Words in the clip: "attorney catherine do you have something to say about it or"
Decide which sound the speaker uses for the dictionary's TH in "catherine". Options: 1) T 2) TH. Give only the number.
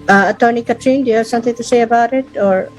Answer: 1